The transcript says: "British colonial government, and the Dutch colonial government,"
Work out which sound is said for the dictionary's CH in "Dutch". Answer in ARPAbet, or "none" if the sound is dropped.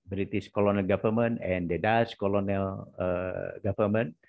S